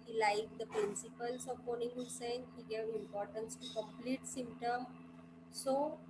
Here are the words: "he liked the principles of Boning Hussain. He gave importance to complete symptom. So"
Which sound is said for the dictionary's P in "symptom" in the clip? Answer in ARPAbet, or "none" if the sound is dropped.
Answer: P